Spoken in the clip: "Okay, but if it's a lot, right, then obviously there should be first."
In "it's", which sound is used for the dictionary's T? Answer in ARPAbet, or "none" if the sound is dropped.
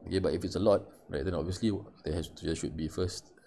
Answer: T